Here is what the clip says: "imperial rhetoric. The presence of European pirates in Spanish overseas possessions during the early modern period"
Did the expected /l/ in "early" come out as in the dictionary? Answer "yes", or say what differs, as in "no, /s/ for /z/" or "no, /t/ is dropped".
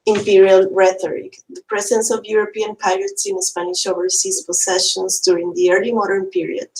yes